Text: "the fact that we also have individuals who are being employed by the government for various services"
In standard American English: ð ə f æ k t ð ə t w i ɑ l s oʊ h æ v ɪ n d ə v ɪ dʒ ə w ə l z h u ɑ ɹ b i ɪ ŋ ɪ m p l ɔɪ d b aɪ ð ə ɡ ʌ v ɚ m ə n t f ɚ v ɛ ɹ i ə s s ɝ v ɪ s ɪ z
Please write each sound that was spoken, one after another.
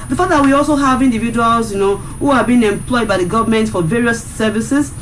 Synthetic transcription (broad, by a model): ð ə f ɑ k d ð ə t w i ɑ l s oʊ h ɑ v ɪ n d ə v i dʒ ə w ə l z h u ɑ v b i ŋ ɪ m p l ɔɪ d b aɪ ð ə ɡ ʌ v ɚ m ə n t f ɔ v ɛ ɹ i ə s s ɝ v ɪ s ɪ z